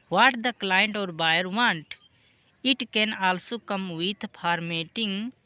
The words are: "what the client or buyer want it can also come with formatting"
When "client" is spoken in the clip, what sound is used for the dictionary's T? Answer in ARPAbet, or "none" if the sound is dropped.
T